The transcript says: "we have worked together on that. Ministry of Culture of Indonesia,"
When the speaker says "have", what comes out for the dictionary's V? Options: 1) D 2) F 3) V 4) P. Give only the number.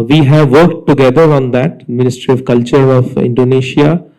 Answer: 3